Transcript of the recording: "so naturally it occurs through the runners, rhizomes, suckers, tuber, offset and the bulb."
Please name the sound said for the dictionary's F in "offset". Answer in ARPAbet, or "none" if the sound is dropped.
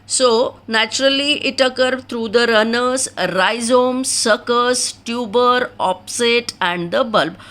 P